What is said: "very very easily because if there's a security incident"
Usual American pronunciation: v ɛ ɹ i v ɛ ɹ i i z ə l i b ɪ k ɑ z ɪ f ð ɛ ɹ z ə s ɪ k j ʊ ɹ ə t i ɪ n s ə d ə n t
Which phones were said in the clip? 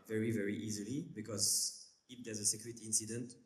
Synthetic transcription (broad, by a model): v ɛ ɹ i v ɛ ɹ i i z ə l i b ɪ k ɑ z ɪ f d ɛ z ə s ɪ k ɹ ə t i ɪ n s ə d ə n t